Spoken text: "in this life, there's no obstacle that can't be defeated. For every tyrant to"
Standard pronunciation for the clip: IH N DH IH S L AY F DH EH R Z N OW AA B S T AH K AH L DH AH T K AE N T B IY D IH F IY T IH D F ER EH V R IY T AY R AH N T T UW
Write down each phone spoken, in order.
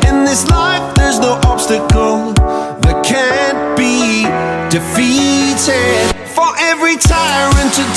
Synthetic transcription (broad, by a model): IH N DH IH S L AY F DH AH R Z N OW AA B S T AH K L DH AH T K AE N B IY D IH F IY T IH D F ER EH V R IY T AY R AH N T T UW